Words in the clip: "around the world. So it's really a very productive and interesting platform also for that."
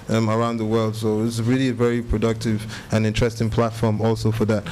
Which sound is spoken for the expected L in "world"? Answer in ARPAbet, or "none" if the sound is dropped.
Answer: L